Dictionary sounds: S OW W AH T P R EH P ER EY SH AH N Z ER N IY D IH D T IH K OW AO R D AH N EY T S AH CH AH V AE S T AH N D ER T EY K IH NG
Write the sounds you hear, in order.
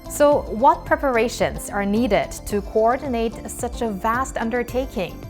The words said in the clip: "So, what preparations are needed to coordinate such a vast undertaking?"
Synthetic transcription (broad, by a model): S OW W AH T P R EH P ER EY SH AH N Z ER N IY D IH D T IH K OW AO R D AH N EY T S AH CH AH V AE S T AH N D ER T EY K IH NG